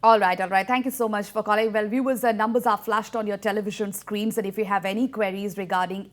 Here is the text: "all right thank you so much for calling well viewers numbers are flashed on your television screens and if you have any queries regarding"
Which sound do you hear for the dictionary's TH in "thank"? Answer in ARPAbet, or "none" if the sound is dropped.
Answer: T